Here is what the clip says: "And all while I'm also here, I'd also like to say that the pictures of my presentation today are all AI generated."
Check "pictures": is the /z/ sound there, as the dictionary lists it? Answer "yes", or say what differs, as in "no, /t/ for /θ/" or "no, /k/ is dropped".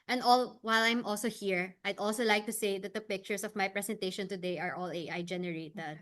no, /s/ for /z/